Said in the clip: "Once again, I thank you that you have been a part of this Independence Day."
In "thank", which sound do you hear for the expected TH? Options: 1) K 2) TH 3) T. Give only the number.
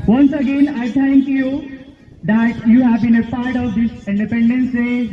3